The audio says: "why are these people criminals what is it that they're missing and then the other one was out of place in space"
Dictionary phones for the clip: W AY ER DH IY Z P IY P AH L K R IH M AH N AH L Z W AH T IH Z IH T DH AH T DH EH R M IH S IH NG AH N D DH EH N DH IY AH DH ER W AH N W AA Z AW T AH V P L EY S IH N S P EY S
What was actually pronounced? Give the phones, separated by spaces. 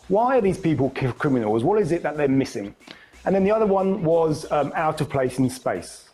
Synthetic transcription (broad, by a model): W AY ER DH IY Z P IY P AH L K R IH M AH N AH L Z W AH T IH Z IH T DH AH T DH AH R M IH S IH NG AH N DH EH N DH IY AH DH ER W AH N W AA Z AW T AH V P L EY S IH N S P EY S